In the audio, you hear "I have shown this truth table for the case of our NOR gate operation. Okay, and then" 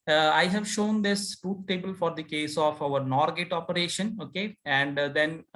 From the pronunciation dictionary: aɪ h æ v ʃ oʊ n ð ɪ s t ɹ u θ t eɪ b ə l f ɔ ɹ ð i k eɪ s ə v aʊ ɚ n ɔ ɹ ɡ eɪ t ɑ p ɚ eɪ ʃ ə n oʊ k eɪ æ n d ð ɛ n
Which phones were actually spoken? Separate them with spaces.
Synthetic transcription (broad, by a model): aɪ h æ v ʃ oʊ n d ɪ s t u t t eɪ b ə l f ɔ ɹ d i k eɪ s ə f aʊ ɚ n ɔ ɹ ɡ eɪ t ɑ p ɚ eɪ ʃ ə n oʊ k eɪ æ n d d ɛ n